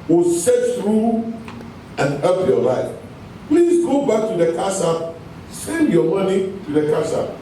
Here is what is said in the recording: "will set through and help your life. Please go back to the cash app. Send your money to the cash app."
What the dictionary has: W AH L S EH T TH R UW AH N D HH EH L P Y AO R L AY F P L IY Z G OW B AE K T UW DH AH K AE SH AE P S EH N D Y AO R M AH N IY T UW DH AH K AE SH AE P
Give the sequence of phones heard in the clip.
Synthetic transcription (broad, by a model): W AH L S EH T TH R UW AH N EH P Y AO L AY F P L IY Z G OW B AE K T UW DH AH K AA S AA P S EH N D Y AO M AH N IY T UW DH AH K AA S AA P